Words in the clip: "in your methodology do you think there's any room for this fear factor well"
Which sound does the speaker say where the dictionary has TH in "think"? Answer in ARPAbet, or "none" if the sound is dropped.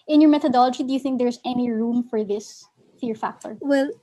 TH